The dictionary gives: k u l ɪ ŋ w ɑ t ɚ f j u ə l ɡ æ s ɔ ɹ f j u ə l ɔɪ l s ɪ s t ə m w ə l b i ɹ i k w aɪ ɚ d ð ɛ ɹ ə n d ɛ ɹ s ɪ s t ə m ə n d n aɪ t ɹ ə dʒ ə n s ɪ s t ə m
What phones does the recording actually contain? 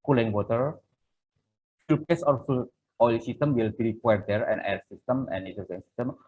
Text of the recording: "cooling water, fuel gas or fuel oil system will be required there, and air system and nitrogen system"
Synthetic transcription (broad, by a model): k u l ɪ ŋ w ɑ t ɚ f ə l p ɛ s ɔ ɹ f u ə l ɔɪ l s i s t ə m w ə l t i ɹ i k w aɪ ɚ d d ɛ ɹ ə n ɛ ɹ s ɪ s t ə m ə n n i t ə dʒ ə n s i s t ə m